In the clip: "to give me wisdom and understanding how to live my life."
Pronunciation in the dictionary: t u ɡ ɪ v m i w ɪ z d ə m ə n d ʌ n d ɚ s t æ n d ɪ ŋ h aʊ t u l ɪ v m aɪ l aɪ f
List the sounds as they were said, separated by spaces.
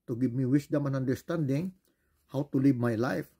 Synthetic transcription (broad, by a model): t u ɡ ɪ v m i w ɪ s d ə m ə n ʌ n d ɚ s t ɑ n d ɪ ŋ h aʊ t u l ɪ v m aɪ l aɪ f